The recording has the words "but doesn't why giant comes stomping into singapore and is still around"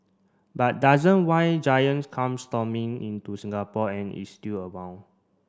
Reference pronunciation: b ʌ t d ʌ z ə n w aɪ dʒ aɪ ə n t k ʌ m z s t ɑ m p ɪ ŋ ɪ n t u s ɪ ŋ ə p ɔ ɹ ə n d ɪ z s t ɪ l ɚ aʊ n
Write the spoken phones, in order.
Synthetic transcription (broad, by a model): b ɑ t d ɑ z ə n w aɪ dʒ aɪ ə n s k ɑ m s t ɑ m ɪ ŋ ɪ n t u s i ŋ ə p ɔ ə n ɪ s t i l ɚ aʊ n